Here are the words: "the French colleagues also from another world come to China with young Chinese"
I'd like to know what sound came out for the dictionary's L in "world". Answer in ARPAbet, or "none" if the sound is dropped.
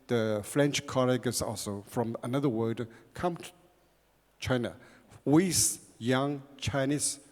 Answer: none